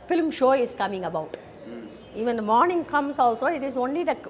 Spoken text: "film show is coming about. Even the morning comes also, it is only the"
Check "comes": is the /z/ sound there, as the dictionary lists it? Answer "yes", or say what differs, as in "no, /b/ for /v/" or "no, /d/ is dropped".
no, /s/ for /z/